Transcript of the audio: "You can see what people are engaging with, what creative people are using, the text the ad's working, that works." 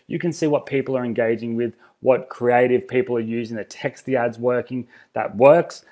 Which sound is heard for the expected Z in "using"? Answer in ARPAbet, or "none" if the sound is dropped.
Z